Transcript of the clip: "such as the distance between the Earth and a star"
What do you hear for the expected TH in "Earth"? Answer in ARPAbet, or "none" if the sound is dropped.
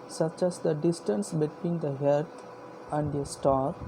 T